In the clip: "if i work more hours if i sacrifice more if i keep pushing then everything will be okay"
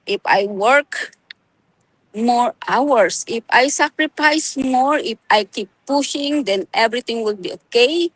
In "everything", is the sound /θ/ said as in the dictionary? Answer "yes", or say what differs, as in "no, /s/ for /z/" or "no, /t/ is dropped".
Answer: no, /t/ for /θ/